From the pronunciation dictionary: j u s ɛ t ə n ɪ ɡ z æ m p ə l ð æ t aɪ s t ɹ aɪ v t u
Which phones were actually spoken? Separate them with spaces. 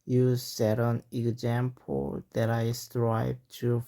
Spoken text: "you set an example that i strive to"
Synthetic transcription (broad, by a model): j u s ɛ t ə n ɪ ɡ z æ m p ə l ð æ t aɪ s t ɹ aɪ b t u